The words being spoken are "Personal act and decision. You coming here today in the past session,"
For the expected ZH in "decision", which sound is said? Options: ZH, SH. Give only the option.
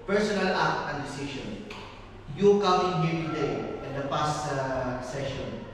SH